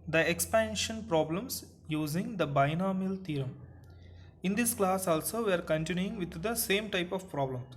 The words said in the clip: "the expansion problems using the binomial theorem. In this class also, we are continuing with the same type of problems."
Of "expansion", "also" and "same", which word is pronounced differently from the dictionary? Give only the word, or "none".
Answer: none